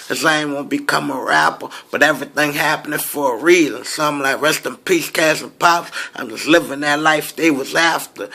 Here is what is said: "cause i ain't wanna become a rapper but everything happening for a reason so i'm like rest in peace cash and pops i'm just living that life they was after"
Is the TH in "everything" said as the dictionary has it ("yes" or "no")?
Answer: yes